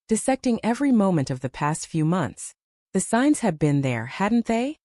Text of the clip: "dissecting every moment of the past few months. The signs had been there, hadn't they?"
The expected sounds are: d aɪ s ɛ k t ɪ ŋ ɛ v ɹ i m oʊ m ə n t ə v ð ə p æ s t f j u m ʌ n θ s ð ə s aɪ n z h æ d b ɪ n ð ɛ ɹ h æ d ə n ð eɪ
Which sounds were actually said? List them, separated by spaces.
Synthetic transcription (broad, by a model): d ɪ s ɛ k t ɪ ŋ ɛ v ɹ i m oʊ m ə n t ə v ð ə p æ s t f j u m ʌ n θ s ð ə s aɪ n z h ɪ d b ɪ n ð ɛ ɹ h æ d n ð eɪ